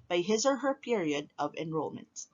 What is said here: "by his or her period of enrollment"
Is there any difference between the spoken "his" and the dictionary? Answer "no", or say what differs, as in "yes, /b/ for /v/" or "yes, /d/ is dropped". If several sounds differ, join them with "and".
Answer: no